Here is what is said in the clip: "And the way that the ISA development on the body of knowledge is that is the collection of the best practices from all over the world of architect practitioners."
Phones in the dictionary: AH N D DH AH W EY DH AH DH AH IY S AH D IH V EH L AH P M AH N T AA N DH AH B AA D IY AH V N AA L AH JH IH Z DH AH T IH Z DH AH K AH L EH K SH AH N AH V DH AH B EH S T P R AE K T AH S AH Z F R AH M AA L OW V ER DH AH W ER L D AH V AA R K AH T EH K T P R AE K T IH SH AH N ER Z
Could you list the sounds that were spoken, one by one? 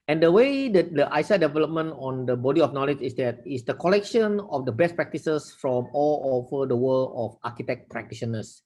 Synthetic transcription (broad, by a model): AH N D AH W EY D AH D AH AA S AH D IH V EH L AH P M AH N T AA N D AH B AA D IY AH F N AA L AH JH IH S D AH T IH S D AH K AH L EH K SH AH N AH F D AH B EH S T P R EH K T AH S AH S F R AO M AA L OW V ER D AH W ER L AH F AA K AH T EH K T P R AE K T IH SH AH N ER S